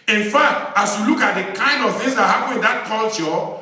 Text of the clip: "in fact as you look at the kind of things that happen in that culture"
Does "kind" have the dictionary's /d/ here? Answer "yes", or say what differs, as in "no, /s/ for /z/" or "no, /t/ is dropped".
yes